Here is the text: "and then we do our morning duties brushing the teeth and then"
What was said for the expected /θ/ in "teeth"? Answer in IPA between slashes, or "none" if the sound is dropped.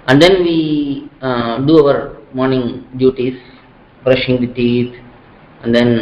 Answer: /t/